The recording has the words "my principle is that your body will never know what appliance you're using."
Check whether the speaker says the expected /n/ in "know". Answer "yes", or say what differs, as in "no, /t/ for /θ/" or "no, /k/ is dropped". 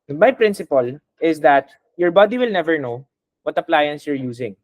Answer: yes